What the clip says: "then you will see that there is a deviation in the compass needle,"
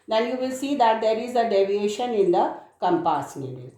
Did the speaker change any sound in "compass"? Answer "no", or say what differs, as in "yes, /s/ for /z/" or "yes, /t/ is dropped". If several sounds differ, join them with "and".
no